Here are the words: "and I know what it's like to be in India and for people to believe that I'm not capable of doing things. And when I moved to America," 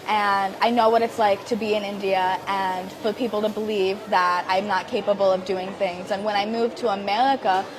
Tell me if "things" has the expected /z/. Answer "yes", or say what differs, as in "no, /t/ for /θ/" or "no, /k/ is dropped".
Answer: yes